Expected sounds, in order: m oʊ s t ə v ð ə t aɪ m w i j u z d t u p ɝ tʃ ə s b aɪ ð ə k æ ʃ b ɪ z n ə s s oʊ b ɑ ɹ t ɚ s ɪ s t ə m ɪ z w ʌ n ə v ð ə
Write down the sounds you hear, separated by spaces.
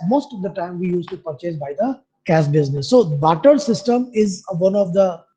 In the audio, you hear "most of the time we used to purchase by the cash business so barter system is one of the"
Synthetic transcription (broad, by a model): m oʊ s t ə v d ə t aɪ m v i j u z t u p ɝ tʃ ə s b aɪ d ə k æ s b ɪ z n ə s s oʊ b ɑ t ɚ s ɪ s t ə m ɪ z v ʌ n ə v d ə